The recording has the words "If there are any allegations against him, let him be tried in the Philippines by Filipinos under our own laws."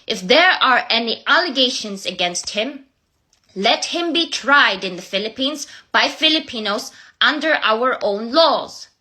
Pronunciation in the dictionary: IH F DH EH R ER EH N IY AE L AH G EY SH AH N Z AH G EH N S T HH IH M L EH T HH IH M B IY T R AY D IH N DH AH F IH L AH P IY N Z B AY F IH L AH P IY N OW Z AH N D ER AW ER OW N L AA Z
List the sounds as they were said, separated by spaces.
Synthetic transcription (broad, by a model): IH F DH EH R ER EH N IY AE L AH G EY SH AH N Z AH G EH N S T HH IH M L EH T HH IH M B IY T R AY D IH N DH AH F IH L AH P IY N Z B AY F IH L AH P IY N OW Z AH N D ER AW ER OW N L AA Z